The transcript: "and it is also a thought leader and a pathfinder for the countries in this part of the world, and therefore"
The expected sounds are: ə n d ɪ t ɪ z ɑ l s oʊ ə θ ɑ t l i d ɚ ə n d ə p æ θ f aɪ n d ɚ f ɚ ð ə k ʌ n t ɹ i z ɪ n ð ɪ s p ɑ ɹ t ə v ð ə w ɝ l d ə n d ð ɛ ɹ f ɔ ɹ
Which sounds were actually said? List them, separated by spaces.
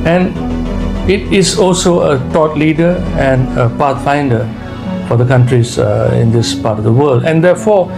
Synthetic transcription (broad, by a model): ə n ɪ t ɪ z ɑ l s oʊ ə t ɑ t l i d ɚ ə n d ə p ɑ t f aɪ n d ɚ f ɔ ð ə k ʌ n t ɹ i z ɪ n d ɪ s p ɑ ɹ t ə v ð ə w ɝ l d ə n d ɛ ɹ f ɔ